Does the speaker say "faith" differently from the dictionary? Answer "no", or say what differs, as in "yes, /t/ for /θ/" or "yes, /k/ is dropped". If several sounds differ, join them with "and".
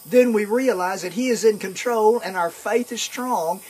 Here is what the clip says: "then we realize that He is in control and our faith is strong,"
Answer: no